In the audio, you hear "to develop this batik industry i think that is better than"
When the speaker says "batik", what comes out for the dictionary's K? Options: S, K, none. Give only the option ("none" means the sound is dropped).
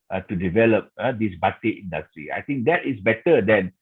none